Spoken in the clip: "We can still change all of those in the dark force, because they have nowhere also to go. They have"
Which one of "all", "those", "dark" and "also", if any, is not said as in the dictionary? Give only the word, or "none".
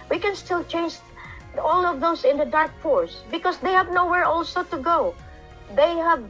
those